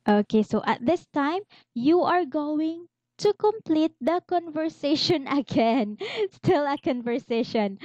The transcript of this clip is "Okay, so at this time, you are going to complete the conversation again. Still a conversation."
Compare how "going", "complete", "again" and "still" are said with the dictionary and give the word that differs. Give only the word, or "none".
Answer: none